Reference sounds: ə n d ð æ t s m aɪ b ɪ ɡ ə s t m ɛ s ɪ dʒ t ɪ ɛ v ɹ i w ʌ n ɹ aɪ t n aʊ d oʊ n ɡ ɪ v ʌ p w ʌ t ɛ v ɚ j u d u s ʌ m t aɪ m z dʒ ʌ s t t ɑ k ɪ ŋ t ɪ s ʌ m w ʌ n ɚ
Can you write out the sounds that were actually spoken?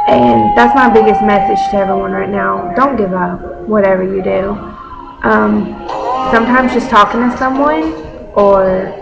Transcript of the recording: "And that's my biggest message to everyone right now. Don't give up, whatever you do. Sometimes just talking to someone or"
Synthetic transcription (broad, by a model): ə n ð æ t s m aɪ b ɪ ɡ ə s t m ɛ s ɪ dʒ t ɪ ɛ v ɹ i w ʌ n ɹ aɪ t n aʊ d oʊ n ɡ ɪ v ʌ p w ʌ t ɛ v ɚ j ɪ d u s ʌ m t aɪ m z dʒ ʌ s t t ɑ k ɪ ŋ t ɪ s ʌ m w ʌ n ɚ